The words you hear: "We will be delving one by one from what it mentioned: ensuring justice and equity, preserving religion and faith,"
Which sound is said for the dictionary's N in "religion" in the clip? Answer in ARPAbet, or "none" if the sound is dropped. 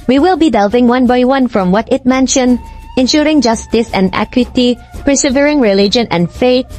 N